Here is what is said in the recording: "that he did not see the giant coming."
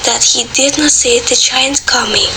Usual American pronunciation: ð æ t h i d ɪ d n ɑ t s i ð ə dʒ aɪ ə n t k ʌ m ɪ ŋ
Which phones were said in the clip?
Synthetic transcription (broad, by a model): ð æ t h i d ɪ d n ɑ t s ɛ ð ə tʃ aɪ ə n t k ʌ m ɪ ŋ